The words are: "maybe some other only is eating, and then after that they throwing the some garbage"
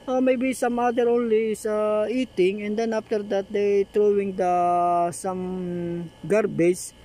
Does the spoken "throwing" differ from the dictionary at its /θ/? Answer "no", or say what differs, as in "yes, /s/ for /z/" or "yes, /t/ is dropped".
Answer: yes, /t/ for /θ/